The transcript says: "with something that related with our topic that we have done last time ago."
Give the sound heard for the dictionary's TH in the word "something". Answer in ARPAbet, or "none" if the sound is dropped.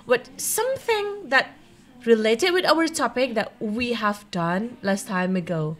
TH